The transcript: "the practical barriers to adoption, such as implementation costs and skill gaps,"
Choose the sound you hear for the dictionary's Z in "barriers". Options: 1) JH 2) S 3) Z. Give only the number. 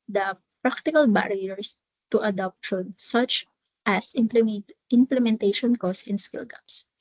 2